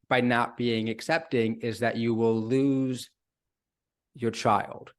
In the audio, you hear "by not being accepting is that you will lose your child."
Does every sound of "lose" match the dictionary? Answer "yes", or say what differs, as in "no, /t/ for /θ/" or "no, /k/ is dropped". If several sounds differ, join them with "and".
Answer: yes